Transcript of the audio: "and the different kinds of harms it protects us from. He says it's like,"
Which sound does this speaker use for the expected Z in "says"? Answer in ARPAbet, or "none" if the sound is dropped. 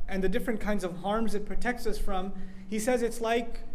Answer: Z